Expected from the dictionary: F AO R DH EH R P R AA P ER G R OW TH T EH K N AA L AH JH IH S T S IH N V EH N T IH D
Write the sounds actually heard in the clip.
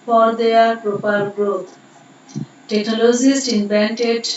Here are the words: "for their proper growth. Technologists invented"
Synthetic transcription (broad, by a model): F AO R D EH R P R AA P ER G R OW T T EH K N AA L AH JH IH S T IH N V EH N T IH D